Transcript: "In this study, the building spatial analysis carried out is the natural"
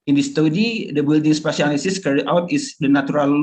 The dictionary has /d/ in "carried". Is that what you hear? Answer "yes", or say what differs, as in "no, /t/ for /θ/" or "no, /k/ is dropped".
no, /d/ is dropped